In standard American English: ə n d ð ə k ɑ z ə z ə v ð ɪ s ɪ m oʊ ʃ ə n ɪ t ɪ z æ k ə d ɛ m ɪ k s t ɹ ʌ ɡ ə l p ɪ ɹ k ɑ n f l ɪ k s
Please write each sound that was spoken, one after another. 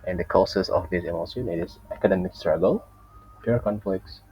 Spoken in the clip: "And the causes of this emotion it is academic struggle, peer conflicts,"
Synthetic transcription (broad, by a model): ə n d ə k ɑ s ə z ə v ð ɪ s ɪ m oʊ s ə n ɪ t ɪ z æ k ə d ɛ m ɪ k s t ɹ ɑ ɡ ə l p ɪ ɹ k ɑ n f l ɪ k s